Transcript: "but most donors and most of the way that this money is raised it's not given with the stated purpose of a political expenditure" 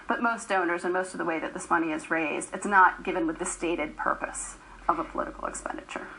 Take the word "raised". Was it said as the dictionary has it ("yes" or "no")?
yes